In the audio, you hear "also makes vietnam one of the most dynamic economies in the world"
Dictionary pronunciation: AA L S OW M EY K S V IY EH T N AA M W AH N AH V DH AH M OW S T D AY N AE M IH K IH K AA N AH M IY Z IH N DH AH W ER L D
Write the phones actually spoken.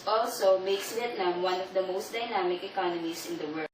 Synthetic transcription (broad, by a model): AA L S OW M EY K S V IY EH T N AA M W AH N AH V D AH M OW S T D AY N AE M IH K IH K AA N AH M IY S IH N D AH W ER